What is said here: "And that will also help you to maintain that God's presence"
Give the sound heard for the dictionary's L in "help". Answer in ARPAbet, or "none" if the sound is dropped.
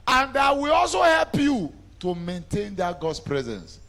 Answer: L